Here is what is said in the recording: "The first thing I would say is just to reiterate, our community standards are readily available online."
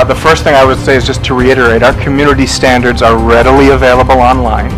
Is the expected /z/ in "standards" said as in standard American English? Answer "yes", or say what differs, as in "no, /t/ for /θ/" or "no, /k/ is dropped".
yes